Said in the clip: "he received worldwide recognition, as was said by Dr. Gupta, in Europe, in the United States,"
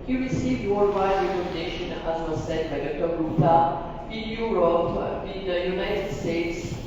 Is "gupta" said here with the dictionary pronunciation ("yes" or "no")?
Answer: no